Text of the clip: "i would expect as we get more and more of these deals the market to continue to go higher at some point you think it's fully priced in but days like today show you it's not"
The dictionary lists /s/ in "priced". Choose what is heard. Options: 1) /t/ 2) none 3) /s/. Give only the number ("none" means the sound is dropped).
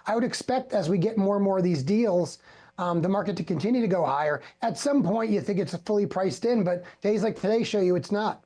3